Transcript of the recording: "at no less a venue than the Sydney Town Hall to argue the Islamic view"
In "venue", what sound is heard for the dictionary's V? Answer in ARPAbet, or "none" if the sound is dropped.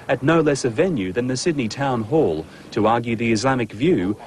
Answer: V